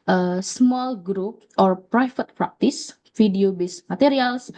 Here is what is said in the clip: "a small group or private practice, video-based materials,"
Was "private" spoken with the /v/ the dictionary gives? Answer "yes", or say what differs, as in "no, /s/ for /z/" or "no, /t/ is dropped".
no, /f/ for /v/